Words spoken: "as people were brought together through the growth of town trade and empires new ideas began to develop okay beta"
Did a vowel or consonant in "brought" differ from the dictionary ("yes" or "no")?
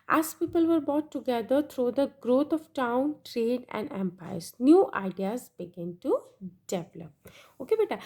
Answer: yes